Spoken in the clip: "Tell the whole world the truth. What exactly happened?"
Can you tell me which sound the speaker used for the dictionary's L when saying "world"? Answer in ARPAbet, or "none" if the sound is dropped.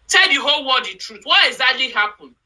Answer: none